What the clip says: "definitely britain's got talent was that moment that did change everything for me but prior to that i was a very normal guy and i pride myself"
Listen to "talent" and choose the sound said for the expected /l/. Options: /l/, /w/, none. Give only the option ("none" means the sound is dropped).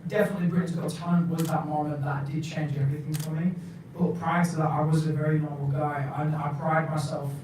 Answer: none